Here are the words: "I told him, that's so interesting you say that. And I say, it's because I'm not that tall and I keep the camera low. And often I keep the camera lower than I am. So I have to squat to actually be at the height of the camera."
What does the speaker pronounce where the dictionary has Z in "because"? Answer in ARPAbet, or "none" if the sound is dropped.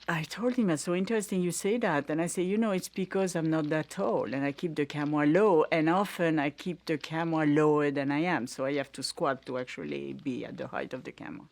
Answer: Z